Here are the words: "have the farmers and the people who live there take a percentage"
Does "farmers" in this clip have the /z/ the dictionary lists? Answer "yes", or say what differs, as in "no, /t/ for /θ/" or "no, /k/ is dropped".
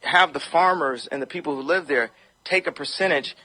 yes